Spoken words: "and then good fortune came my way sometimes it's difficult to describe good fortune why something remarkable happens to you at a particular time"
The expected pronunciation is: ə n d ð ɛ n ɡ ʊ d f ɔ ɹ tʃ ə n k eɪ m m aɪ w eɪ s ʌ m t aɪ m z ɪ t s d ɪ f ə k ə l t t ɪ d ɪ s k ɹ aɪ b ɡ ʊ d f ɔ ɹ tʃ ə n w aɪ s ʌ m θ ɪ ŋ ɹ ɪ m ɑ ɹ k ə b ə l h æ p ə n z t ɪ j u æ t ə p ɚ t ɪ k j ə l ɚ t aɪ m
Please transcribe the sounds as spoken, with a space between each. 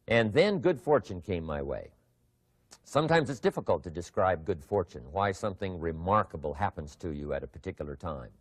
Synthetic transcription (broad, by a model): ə n ð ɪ n ɡ ʊ d f ɔ ɹ tʃ ə n k eɪ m m aɪ w eɪ s ʌ m t aɪ m z ɪ t s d ɪ f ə k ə l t t ɪ d ɪ s k ɹ aɪ b ɡ ʊ d f ɔ ɹ tʃ ə n w aɪ s ʌ m θ ɪ ŋ ɹ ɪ m ɑ ɹ k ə b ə l h æ p ə n z t ɪ j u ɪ t ə p ɚ t ɪ k j l ɚ t aɪ m